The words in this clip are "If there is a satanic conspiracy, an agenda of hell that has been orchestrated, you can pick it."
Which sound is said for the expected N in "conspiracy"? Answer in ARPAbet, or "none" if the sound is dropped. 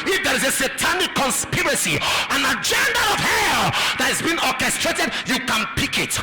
N